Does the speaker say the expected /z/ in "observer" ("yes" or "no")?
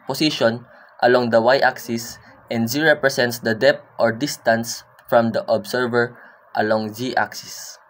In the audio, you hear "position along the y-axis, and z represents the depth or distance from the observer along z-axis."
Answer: no